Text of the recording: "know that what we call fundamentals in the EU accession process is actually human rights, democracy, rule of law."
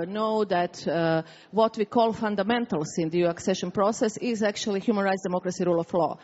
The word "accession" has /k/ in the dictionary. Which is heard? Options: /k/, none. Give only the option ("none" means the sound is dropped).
/k/